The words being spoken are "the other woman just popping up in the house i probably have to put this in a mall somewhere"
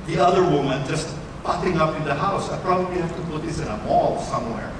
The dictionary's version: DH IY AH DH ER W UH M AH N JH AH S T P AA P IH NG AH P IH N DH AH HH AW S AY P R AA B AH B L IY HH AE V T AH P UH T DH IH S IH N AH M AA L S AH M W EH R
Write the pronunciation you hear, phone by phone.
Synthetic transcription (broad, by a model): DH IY AH DH ER W UH M AH N JH AH S T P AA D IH NG AH P IH N DH AH HH AW S AY P R AA B AH B L IY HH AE F T AH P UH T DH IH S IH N AH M AA L S AH M W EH R